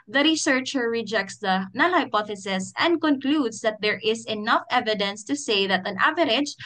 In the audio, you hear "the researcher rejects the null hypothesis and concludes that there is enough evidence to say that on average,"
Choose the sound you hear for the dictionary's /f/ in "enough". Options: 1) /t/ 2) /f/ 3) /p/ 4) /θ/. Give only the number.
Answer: 2